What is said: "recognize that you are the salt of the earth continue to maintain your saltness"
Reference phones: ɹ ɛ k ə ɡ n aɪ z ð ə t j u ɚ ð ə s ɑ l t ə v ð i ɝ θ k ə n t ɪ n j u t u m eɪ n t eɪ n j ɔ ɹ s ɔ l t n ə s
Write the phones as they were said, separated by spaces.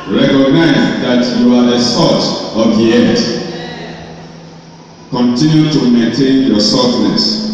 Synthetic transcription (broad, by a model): ɹ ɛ k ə ɡ n aɪ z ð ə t j u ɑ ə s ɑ t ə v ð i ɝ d k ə n t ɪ n j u t u m eɪ n t eɪ n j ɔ s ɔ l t n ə s